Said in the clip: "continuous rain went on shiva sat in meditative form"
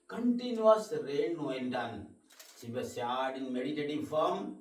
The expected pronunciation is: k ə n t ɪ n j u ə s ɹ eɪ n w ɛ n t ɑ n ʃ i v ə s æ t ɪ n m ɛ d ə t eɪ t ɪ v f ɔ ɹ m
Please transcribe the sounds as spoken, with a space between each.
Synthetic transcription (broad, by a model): k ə n t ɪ n j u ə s ɹ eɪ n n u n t ɑ n s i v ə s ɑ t ɪ n m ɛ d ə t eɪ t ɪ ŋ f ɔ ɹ m